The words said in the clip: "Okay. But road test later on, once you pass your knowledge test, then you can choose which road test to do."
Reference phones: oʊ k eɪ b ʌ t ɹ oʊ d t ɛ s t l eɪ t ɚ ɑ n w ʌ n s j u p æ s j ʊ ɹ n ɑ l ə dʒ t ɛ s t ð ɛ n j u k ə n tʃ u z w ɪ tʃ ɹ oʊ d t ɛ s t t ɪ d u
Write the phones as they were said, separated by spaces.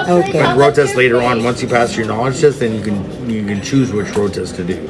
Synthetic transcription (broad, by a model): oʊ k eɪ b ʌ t ɹ oʊ t ɛ s t l eɪ t ɚ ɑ n w ʌ n s j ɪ p æ s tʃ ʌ ɹ n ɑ l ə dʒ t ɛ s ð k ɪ n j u k ə n tʃ u z w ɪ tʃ ɹ oʊ t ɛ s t t ɪ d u